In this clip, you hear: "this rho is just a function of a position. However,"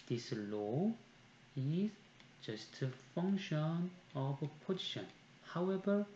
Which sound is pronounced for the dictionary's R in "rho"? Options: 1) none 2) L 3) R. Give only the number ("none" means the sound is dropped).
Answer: 2